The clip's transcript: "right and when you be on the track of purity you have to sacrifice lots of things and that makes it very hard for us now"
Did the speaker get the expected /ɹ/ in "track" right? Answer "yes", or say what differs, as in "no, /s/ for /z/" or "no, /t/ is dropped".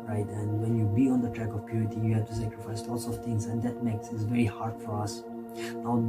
yes